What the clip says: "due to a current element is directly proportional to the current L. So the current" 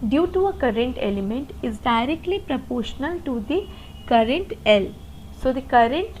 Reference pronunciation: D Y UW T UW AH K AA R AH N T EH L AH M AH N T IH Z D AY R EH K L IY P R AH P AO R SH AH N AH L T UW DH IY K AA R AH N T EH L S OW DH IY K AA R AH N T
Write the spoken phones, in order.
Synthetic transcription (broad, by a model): D Y UW T UW AH K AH R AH N T EH L AH M AH N T IH Z D AY R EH K L IY P R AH P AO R SH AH N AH L T UW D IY K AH R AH N T EH L S OW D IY K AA R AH N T